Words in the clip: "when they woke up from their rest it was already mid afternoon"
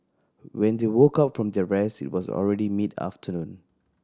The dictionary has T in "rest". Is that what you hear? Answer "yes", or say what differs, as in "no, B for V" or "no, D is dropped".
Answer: no, T is dropped